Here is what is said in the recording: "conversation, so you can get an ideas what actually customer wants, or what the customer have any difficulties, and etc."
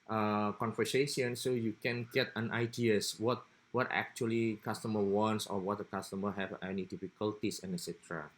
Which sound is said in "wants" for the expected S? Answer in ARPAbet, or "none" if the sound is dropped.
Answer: S